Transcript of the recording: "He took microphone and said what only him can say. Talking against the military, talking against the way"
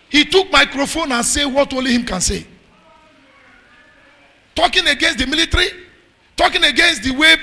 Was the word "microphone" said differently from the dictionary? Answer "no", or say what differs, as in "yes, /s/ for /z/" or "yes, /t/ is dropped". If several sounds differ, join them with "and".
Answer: no